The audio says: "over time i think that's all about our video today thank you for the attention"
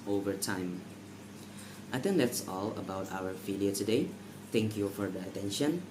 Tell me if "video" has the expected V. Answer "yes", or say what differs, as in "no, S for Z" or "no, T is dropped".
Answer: no, F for V